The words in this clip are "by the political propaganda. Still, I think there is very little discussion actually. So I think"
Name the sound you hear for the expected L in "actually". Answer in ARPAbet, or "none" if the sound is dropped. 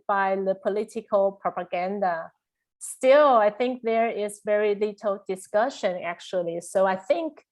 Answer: L